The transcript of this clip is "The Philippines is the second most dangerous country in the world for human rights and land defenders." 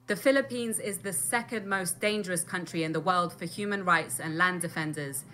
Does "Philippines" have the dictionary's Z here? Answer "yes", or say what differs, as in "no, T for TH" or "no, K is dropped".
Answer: yes